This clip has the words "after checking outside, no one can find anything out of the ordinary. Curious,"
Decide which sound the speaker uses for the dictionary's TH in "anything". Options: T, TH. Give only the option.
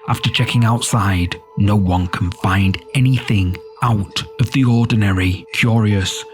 TH